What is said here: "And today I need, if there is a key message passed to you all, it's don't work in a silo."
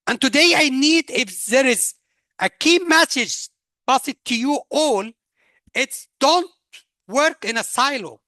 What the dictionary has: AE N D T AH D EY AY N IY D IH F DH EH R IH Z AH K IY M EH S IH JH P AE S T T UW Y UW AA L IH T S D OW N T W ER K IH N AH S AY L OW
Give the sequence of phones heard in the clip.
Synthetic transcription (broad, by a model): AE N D T AH D EY AY N IY D IH F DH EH R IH Z AH K IY M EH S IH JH B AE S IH T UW Y UW AA L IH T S D OW N T W ER K IH N AH S AY L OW